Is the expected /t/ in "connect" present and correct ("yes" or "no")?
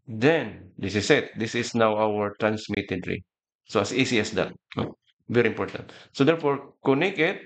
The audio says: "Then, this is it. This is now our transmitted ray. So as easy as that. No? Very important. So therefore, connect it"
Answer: no